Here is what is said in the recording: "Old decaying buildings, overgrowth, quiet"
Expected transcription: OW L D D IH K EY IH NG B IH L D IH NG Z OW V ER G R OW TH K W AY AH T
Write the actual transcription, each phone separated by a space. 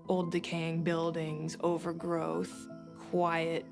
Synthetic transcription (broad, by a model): OW L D D IH K EY IH NG B IH L D IH NG Z OW V ER G R OW TH K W AY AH T